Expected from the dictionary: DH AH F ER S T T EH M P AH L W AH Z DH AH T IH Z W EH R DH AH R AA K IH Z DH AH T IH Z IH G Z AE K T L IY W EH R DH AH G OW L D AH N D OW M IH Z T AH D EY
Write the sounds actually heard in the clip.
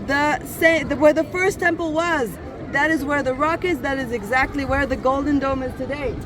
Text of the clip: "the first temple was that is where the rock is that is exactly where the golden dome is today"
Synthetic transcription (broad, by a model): DH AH F ER S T T EH M P L W AH Z DH AH T IH Z W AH R DH AH R AA K IH Z DH AH T IH Z IH G Z AE K T L IY W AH R DH AH G OW L D N D OW M IH Z T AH D EY